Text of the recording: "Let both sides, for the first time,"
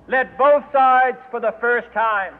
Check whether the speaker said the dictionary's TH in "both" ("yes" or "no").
yes